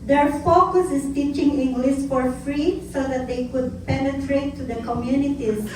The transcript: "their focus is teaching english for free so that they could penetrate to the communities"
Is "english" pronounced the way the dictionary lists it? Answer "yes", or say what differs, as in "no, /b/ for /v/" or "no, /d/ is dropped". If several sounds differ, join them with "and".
no, /s/ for /ʃ/